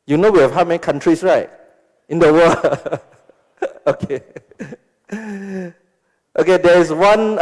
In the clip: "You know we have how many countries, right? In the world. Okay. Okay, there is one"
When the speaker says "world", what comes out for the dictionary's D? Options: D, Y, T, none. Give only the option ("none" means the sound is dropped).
none